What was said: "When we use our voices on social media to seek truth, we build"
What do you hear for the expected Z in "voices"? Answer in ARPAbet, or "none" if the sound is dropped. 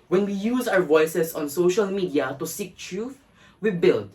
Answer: S